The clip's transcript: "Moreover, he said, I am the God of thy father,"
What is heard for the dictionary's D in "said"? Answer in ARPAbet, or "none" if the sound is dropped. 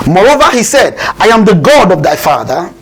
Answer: D